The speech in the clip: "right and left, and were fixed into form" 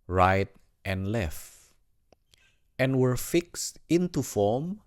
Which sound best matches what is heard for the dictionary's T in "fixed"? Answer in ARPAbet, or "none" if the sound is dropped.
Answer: T